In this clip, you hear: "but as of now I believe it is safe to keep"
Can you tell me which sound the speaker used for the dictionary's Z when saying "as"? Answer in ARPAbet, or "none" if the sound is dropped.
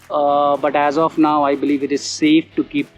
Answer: Z